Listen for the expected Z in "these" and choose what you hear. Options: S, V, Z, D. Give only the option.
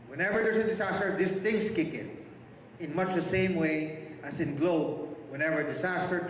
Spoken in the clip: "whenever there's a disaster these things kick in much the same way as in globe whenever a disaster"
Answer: S